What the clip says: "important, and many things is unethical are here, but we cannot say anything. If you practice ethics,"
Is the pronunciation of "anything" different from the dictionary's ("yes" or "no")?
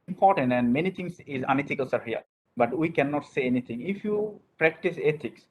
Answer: yes